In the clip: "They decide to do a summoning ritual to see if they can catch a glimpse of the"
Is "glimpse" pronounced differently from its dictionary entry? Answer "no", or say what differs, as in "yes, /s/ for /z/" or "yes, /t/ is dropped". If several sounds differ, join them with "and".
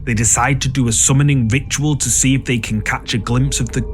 no